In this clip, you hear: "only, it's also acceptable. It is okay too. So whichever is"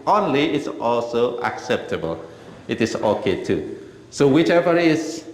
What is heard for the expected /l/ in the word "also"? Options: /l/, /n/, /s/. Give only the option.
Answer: /l/